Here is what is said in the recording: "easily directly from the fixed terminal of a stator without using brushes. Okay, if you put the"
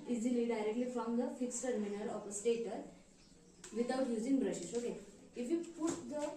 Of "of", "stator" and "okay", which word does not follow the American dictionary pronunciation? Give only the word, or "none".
of